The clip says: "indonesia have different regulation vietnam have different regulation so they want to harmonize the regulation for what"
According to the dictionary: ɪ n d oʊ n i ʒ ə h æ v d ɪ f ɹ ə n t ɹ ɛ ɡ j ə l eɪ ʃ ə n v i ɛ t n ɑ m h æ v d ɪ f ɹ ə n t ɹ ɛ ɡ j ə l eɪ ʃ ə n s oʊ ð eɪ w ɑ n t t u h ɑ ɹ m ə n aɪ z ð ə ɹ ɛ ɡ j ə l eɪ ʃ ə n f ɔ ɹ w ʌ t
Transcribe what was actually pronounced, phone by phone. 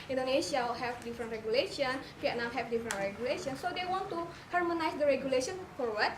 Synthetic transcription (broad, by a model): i n d oʊ n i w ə h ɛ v d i f ɹ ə n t ɹ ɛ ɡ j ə l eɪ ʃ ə n f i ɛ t n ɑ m h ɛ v d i f ɹ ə n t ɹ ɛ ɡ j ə l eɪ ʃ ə n s oʊ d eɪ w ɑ n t t u h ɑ ɹ m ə n aɪ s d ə ɹ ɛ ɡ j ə l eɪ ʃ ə n f ɔ ɹ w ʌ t